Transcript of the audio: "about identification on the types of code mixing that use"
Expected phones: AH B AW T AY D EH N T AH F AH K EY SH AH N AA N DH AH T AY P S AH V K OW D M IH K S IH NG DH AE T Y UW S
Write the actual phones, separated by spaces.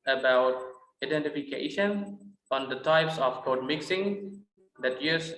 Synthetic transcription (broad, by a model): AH B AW T AY D EH N T AH F AH K EY SH AH N AA N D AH T AY P S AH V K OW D M IH K S IH NG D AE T Y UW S